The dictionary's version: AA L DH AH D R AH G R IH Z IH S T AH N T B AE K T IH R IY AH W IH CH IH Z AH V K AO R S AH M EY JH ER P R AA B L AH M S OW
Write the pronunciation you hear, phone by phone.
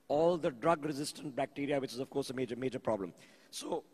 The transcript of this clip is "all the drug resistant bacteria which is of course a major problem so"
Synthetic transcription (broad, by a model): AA L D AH D R AH G R IH Z IH S T AH N T B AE K T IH R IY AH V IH CH IH Z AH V K AO R S AH M EY JH ER P R AA B L AH M S OW